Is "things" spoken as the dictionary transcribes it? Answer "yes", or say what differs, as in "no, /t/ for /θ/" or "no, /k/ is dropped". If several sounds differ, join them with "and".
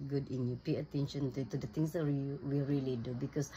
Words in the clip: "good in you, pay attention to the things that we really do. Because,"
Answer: no, /t/ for /θ/